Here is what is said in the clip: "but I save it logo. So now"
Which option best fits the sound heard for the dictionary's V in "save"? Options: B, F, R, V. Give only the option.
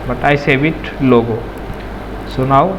B